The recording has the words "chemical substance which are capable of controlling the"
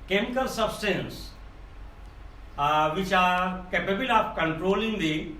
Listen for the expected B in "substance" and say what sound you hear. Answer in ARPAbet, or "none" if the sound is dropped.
B